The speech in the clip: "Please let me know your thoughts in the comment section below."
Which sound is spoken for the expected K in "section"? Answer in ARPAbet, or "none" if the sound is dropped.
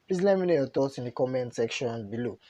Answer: K